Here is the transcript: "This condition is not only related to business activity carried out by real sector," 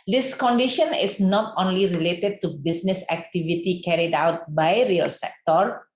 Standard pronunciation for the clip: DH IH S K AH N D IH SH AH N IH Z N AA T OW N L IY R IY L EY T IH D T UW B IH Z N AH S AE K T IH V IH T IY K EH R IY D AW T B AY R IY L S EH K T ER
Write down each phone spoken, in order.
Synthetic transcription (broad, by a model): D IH S K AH N D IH SH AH N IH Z N AA T OW N L IY R IY L EY T IH D T UW B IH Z N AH S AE K T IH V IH T IY K EH R IY D AW T B AY R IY L S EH K T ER